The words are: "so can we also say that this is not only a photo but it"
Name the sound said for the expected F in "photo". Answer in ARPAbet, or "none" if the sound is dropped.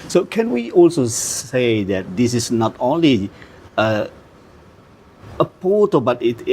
P